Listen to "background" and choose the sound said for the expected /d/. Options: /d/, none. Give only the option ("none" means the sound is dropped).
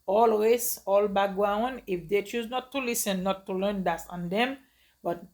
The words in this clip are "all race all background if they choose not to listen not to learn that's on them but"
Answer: none